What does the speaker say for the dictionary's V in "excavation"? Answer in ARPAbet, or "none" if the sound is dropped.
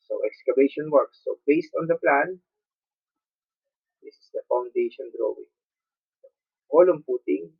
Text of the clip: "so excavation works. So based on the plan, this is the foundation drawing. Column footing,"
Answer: B